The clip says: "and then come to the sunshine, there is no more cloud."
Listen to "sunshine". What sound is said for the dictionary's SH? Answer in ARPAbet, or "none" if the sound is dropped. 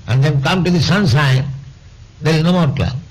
S